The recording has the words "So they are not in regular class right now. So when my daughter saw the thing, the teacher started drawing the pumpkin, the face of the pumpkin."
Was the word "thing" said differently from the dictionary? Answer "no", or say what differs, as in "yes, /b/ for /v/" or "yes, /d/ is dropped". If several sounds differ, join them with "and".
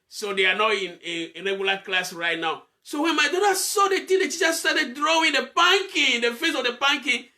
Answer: yes, /t/ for /θ/